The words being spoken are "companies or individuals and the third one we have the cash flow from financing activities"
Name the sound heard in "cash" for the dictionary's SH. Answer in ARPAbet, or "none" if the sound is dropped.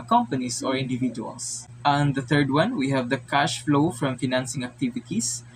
SH